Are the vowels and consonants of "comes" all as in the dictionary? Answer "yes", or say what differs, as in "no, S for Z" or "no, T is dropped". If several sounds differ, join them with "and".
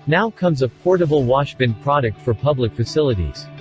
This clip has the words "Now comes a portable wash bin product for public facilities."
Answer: yes